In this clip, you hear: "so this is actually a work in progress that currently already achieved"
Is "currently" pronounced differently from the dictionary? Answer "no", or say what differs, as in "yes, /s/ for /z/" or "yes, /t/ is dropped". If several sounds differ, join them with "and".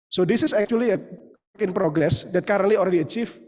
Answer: yes, /n/ is dropped